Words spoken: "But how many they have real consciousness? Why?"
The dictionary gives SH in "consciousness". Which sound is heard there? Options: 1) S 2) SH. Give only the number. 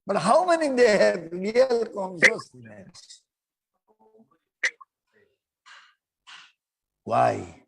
1